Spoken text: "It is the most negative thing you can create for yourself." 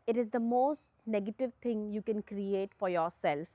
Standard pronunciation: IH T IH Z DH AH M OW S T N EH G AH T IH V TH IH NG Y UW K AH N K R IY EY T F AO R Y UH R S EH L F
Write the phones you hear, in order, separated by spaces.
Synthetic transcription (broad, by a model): IH T IH Z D AH M OW S T N EH G AH T IH V T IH NG Y UW K AH N K R IY EY T F AO R Y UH R S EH L F